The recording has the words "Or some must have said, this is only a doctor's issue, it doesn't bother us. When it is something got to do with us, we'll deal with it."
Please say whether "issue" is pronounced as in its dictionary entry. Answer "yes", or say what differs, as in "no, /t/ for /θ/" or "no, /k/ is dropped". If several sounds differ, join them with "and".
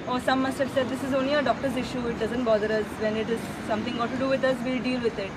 yes